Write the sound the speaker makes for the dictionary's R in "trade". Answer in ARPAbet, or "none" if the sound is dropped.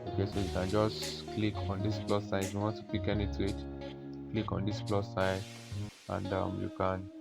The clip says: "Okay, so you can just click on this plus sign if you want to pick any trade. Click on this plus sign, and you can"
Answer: none